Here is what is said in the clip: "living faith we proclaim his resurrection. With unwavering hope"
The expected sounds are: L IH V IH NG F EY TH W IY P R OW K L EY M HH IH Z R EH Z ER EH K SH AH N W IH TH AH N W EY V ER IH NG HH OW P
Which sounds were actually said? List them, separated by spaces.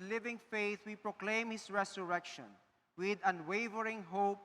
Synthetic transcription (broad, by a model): L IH V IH NG F EY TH W IY P R OW K L EY M HH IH S R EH S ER EH K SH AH N W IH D AH N W EY V ER IH NG HH OW P